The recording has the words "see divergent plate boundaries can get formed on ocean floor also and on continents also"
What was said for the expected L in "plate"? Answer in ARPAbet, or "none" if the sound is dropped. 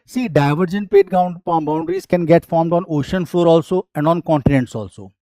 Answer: none